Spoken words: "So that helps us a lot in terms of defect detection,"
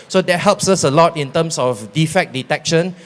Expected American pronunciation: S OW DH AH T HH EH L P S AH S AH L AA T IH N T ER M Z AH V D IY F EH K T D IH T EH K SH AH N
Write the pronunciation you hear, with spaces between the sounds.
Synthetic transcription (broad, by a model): S OW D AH T HH EH L P S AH S AH L AA T IH N T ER M S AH F D IY F EH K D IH T EH K SH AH N